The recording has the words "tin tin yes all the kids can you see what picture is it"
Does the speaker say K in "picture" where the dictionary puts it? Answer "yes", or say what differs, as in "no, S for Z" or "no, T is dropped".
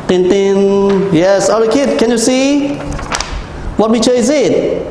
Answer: no, K is dropped